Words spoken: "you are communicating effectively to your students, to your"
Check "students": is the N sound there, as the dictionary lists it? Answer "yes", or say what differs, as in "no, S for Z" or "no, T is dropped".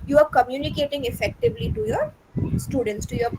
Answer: yes